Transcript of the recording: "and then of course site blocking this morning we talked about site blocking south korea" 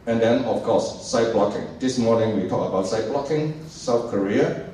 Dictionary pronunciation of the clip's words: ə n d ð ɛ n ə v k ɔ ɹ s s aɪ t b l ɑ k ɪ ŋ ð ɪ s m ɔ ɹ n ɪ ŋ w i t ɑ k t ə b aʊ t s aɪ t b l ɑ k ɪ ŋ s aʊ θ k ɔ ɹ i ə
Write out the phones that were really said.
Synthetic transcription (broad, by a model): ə n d ɛ n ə f k ɔ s s aɪ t b l ɑ k ɪ ŋ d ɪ s m ɔ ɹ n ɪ ŋ w i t ɑ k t ə b aʊ t s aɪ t b l ɑ k ɪ ŋ s aʊ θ k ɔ ɹ i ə